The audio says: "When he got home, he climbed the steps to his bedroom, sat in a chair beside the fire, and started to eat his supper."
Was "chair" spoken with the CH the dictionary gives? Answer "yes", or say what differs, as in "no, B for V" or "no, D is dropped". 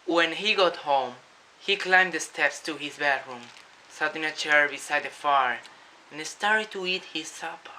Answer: yes